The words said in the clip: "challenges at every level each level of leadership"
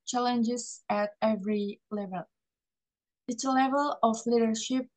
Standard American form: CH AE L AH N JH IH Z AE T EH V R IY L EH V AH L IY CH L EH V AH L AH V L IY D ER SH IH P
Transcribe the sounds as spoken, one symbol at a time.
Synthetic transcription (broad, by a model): CH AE L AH N JH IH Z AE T EH V R IY L EH V AH L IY S L EH V AH L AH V L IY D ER SH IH P